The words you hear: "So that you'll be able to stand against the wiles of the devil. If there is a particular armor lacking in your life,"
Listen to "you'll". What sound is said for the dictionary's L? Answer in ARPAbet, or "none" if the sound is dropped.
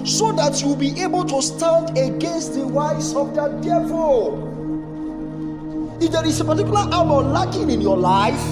W